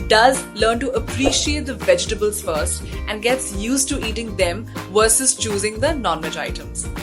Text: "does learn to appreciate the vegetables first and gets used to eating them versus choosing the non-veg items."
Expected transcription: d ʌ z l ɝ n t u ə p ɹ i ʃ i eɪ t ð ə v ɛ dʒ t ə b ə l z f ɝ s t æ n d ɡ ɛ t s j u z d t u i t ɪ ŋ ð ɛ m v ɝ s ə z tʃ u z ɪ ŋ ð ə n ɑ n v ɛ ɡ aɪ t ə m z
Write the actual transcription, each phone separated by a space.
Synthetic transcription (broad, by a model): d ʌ z l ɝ n t u ə p ɹ i ʃ i eɪ t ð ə v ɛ dʒ t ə b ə l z f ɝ s t æ n d ɡ ɛ t s j u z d t u i t ɪ ŋ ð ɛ m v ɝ s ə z tʃ u z ɪ ŋ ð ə n ɑ n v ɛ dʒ aɪ t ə m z